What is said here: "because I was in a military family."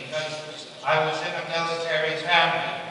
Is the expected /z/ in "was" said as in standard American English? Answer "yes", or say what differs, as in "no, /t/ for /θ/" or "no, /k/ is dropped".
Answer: yes